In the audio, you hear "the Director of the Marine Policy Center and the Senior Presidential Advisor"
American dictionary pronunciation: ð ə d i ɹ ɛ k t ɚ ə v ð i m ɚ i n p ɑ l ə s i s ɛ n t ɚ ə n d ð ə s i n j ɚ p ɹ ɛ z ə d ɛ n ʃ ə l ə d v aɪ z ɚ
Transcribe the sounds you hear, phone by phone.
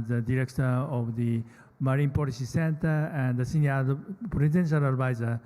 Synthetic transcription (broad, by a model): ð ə d i ɹ ɛ k t ɚ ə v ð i m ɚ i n p ɑ l ə s i s ɛ n t ɚ ə n d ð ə s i n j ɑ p ɹ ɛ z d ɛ n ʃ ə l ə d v aɪ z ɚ